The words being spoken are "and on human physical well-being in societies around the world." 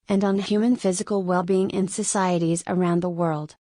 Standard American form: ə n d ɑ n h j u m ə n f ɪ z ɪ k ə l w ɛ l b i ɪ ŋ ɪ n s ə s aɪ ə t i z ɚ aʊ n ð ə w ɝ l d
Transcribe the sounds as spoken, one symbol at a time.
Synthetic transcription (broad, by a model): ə n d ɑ n h j u m ə n f ɪ z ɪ k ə l w ɛ l b i ɪ ŋ ɪ n s ə s aɪ ə t i z ɚ aʊ n ð ə w ɝ l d